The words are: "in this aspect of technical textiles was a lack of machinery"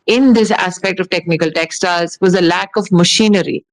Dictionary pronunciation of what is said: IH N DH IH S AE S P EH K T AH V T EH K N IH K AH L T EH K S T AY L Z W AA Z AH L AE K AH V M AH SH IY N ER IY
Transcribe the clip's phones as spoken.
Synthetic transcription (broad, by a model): IH N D IH S AE S P EH K T AH V T EH K N IH K AH L T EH K S T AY Z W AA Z AH L AE K AH V M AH SH IY N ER IY